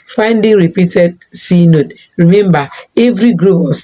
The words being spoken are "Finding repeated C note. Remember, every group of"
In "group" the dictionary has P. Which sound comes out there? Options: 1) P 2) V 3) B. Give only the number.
3